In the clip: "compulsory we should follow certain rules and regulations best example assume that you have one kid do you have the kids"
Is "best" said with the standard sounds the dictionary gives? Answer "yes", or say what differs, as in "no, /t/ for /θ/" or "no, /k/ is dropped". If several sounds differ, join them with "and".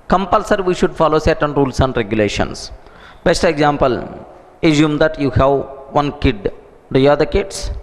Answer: yes